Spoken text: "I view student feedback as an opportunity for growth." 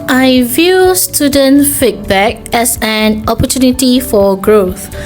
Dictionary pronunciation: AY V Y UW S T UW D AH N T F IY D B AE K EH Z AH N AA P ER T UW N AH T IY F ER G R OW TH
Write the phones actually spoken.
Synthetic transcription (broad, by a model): AY V Y UW S T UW D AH N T F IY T B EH K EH S AH N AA P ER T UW N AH T IY F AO G R OW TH